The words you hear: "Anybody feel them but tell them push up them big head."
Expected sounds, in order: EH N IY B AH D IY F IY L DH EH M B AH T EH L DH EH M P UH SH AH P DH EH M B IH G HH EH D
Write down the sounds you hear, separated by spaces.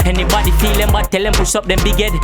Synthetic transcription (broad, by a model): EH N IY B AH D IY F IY L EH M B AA T EH L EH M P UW S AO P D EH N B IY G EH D